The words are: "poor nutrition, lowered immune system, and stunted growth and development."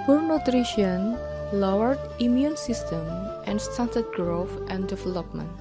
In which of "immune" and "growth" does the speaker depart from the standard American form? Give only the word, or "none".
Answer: growth